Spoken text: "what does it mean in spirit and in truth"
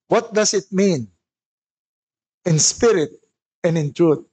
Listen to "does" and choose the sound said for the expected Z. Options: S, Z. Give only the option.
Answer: S